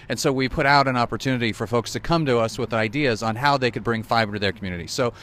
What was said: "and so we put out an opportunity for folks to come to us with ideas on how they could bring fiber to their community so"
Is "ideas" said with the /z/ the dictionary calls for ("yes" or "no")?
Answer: yes